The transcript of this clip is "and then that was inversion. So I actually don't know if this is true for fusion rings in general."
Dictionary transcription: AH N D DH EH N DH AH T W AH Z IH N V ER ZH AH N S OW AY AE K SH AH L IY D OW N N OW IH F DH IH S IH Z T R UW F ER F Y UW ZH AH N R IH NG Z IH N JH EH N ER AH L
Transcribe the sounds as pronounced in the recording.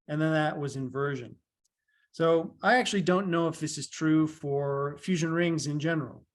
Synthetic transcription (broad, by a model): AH N DH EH N DH AH T W AH Z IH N V ER ZH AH N S OW AY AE K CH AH L IY D OW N N OW IH F DH IH S IH Z T R UW F ER F Y UW ZH AH N R IH NG Z IH N JH EH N ER L